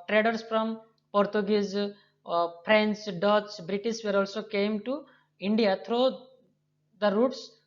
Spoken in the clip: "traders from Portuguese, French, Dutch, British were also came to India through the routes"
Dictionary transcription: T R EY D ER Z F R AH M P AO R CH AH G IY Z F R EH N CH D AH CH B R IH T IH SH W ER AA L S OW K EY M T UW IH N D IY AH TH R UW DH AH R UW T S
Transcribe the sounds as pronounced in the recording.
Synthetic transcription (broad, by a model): T R EY D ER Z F R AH M P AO R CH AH G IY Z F R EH N S D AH S B R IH T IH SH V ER AA L S OW K EY M T UW IH N D IY AH T R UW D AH R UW T S